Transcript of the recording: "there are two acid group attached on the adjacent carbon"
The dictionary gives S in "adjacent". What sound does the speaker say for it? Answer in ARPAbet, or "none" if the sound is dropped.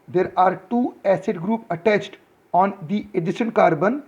SH